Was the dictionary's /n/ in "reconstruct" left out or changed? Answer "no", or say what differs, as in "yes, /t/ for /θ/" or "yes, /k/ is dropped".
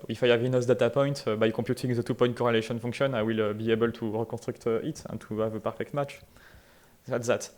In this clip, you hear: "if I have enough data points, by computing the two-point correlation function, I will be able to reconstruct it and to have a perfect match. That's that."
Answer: yes, /n/ is dropped